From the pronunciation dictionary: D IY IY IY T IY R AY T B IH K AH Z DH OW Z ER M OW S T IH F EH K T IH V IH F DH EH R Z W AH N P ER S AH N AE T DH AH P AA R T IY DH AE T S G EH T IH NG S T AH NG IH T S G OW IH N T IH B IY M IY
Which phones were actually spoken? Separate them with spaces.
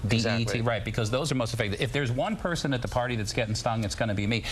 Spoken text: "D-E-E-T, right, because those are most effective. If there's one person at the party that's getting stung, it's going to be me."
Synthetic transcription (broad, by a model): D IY IY IY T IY R AY T B IH K AH Z DH OW Z ER M OW S T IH F EH K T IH IH F DH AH R Z W AH N P ER S AH N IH T DH AH P AA R T IY DH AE T S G EH T IH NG S T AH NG IH T S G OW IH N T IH B IY M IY